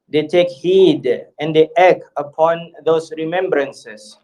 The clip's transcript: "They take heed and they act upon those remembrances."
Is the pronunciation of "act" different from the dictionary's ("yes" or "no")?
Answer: yes